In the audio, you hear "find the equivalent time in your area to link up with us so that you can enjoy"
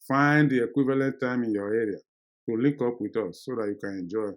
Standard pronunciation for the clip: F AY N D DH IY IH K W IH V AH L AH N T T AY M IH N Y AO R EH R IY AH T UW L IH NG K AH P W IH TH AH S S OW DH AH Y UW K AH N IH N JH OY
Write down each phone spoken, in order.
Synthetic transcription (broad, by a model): F AY N D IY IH K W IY V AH L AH N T T AY M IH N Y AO EH R IY AH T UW L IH K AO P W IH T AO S S OW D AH Y UW K AH N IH N JH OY